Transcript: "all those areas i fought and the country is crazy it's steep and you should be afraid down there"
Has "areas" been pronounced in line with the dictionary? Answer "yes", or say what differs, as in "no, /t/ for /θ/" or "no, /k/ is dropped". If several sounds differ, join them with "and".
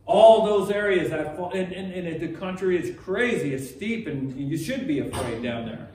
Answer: yes